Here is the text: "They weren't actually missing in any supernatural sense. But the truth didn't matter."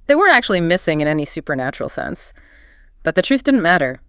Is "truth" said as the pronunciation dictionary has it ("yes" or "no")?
yes